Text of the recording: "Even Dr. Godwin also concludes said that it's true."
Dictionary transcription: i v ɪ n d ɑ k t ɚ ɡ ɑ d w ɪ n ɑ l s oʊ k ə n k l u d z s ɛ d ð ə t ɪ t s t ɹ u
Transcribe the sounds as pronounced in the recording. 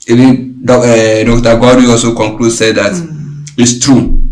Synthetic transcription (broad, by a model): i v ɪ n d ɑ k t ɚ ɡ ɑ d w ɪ ɑ l s oʊ k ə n k l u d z s ɛ d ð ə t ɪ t s t ɹ u